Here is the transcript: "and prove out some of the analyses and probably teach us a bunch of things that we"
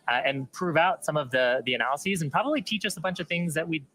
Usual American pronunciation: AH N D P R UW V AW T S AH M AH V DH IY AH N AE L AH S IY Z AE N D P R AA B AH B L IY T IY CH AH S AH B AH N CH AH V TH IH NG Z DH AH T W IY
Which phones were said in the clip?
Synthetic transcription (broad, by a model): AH N P R UW V AW T S AH M AH V DH IY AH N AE L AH S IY Z N P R AA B AH B L IY T IY CH AH S AH B AH N CH AH V TH IH NG Z DH AH T W IY